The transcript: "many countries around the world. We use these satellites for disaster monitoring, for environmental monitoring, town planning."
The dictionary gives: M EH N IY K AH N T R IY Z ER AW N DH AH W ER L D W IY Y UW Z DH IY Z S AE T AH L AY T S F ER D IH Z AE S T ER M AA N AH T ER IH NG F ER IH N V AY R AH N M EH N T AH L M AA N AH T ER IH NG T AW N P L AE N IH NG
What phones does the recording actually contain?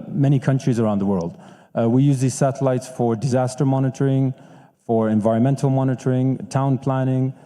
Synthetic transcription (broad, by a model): M EH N IY K AH N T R IY Z ER AW N DH AH W ER L D W IY Y UW Z DH IY Z S AE T AH L AY T S F ER D IH Z AE S T ER M AA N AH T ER IH NG F ER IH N V AY R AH N M EH N T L M AA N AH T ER IH NG T AW N P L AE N IH NG